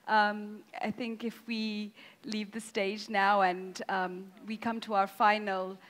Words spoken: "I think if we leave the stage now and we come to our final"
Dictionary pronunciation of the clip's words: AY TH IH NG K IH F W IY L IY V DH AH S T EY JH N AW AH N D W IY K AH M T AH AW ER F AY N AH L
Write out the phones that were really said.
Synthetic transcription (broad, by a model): AY TH IH NG K IH F W IY L IY V DH AH S T EY JH N AW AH N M W IY K AH M T AH AW ER F AY N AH L